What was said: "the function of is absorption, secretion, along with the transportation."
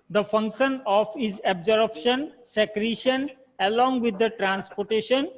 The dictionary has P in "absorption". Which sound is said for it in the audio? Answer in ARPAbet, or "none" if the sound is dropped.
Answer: B